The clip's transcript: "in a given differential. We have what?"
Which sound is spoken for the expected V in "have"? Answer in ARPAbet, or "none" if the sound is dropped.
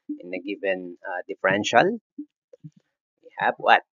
B